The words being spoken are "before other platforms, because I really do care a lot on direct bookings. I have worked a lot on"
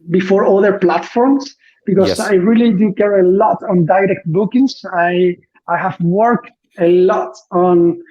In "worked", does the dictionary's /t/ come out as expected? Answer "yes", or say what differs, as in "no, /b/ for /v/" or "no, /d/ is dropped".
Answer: yes